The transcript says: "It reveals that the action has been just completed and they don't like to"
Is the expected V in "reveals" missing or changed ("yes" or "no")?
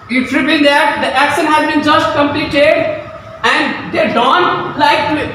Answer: yes